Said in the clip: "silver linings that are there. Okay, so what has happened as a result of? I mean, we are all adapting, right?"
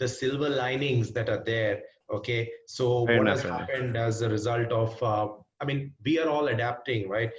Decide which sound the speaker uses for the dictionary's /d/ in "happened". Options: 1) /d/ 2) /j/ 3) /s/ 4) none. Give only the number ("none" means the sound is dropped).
1